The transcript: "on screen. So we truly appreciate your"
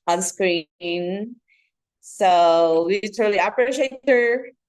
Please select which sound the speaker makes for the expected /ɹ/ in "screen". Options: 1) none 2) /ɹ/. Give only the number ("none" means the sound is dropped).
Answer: 2